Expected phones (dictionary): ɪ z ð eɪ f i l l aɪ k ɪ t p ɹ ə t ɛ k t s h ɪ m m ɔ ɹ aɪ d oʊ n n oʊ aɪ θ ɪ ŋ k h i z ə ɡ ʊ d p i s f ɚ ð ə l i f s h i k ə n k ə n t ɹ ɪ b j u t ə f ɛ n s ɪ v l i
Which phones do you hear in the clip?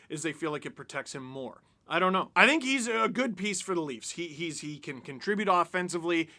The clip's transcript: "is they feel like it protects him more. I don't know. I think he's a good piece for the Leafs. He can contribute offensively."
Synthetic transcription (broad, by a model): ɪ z ð eɪ f i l l aɪ k ɪ t p ɹ ə t ɛ k t s h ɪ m m ɔ ɹ aɪ d oʊ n n oʊ aɪ θ ɪ ŋ k h i z ə ɡ ʊ d p i s f ɚ ð ə l i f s h i k ə n k ə n t ɹ ɪ b j u t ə f ɛ n s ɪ v l i